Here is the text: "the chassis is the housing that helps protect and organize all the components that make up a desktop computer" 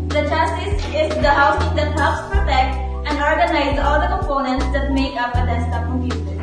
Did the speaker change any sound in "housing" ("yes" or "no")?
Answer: yes